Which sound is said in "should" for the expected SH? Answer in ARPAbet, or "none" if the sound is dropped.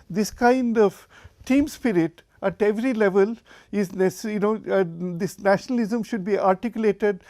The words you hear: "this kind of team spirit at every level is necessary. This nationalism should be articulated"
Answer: SH